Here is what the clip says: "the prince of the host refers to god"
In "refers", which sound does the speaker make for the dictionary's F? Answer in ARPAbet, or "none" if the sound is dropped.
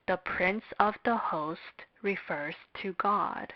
F